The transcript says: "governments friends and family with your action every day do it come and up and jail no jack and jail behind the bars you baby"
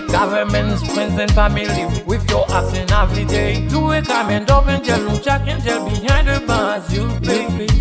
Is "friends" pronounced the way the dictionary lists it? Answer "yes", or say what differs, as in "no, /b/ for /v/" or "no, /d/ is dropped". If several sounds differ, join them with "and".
no, /p/ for /f/